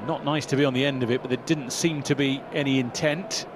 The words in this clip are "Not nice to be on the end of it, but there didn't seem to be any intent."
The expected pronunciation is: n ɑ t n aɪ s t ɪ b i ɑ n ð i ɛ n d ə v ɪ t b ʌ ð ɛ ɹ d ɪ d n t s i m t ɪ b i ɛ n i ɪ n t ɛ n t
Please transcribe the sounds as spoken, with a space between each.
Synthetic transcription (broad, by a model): n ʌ t n aɪ s t ɪ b i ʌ n ð i ɛ n d ə v ɪ t b ʌ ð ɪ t d ɪ d n t s i m t ɪ b i ɛ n i ɪ n t ɛ n t